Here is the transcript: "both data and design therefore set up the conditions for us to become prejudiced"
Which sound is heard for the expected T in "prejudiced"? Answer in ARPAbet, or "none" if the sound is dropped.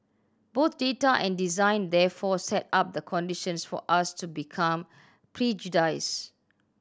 none